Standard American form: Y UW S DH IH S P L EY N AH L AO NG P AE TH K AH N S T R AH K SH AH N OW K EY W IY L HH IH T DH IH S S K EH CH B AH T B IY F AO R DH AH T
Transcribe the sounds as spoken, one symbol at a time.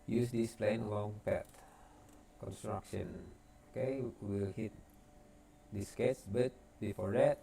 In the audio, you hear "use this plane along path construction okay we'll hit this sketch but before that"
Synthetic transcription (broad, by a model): Y UW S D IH S P L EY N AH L AO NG P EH T K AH N S T R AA K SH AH N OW K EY W IY L HH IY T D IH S S K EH S B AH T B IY F AO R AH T